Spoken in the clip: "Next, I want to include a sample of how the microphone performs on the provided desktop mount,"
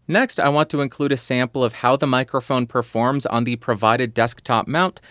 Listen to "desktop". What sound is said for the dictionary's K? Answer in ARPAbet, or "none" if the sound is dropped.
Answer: K